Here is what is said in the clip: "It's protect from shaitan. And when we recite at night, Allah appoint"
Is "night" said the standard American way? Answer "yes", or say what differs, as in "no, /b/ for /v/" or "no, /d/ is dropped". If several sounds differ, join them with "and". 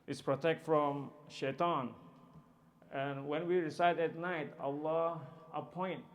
yes